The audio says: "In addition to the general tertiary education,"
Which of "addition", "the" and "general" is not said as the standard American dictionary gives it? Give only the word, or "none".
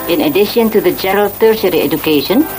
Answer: general